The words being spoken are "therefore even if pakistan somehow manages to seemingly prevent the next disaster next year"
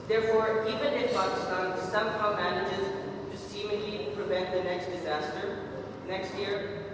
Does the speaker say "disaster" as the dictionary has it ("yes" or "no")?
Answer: yes